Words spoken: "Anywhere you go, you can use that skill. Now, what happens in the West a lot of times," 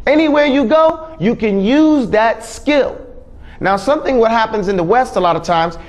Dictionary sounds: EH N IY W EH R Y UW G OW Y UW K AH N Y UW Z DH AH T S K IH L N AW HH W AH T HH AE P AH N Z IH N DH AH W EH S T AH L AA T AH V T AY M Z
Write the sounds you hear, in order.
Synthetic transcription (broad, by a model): EH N IY W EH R Y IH G OW Y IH K AH N Y UW Z DH AH T S K IH L N AW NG W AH T HH AE P AH N Z IH N DH AH W EH S T AH L AA T AH V T AY M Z